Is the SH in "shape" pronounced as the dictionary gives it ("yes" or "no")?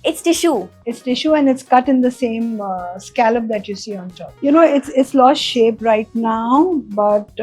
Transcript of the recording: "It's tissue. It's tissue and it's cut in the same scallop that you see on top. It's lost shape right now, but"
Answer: yes